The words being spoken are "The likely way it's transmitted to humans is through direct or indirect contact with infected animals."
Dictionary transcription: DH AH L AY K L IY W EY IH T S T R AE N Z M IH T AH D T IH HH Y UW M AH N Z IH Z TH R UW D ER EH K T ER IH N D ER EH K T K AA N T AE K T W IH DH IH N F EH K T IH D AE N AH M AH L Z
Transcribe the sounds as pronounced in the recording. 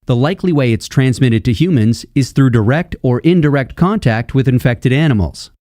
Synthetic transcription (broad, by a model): DH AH L AY K L IY W EY IH T S T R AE N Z M IH T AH D T IH HH Y UW M AH N Z IH Z TH R UW D ER EH K T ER IH N D ER EH K T K AA N T AE K T W IH DH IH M F EH K T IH D AE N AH M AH L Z